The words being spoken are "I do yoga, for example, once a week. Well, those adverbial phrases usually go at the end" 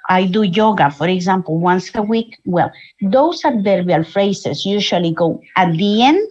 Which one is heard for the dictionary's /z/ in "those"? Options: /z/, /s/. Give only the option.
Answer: /s/